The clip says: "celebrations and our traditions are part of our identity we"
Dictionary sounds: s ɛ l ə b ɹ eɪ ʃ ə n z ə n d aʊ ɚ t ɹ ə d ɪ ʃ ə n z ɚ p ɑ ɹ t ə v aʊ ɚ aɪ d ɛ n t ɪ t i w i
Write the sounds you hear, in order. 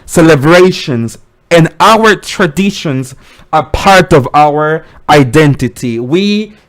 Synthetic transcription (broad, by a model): s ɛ l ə b ɹ eɪ ʃ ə n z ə n aʊ ɚ t ɹ ə d ɪ ʃ ə n z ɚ p ɑ ɹ t ə v aʊ ɚ aɪ d ɛ n t ɪ t i w i